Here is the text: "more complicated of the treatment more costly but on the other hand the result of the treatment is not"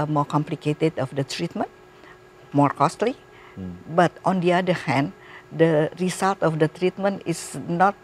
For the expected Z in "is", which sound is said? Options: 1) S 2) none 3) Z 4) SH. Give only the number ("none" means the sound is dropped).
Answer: 1